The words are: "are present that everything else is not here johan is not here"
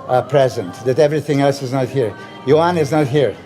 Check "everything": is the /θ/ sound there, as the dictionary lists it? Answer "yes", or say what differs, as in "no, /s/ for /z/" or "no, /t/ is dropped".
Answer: yes